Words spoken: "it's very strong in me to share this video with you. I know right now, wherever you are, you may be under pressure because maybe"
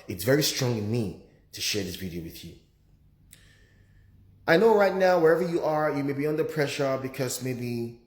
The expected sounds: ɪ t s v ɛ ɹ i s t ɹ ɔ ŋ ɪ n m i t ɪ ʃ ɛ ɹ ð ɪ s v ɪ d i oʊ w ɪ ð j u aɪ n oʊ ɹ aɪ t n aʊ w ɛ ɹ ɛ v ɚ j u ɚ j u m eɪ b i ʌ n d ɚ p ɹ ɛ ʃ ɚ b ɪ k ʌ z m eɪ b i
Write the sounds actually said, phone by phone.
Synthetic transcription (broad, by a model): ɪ t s v ɛ ɹ i s t ɹ ɔ ŋ ɪ n m i t ɪ ʃ ɛ ɹ ð ɪ s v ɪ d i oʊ w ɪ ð j u aɪ n oʊ ɹ aɪ t n aʊ w ɛ ɹ ɛ v ɚ j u ɚ j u m eɪ b i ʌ n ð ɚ p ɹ ɛ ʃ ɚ b ɪ k ʌ z m eɪ b i